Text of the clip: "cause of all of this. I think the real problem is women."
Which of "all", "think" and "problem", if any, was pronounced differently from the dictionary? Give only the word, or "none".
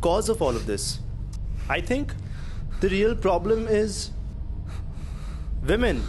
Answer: think